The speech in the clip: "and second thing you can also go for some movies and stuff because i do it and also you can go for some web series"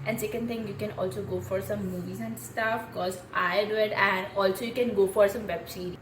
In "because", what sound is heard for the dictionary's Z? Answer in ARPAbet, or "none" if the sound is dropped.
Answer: none